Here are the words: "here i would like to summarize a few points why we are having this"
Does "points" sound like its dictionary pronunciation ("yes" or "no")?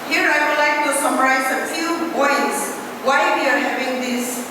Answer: no